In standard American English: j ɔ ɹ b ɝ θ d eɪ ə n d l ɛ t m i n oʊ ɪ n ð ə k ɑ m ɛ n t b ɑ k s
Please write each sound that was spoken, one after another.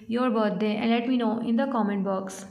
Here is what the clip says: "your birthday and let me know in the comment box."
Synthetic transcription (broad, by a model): j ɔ ɹ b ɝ t d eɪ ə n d l ɛ t m i n oʊ ɪ n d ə k ɑ m ɛ n t b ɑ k s